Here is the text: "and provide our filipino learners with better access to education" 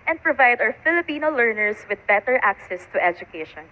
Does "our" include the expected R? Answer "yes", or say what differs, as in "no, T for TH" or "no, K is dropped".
no, W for R